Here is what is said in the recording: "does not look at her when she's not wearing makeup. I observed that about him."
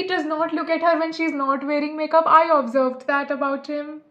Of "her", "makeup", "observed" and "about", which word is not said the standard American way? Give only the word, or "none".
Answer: none